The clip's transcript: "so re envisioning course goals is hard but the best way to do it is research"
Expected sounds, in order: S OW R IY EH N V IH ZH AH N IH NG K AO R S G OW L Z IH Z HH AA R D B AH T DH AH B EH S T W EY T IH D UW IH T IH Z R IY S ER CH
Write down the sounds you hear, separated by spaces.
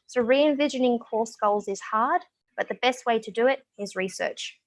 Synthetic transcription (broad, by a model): S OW R IY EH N V IH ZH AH N IH NG K AO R S G OW L Z IH Z HH AA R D B AH T DH AH B EH S T W EY T IH D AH IH T IH Z R IY S ER CH